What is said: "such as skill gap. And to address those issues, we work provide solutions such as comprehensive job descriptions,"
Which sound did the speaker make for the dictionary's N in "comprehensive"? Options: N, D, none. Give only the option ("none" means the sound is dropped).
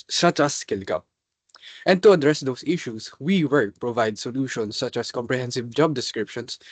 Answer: N